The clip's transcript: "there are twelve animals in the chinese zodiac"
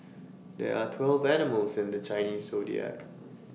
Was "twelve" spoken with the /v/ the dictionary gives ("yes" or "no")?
yes